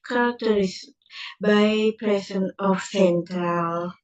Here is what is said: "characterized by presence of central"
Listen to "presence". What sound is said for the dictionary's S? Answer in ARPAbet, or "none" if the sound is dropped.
none